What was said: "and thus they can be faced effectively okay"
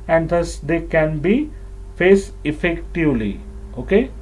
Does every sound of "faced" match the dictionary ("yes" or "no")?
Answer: no